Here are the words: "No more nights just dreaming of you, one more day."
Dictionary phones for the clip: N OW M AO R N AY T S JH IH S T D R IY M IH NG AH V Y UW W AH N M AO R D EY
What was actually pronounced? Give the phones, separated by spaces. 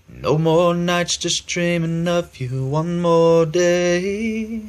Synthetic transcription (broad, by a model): N OW M AO R N AY T S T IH S T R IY M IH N AH F Y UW W AH N M AO R D EY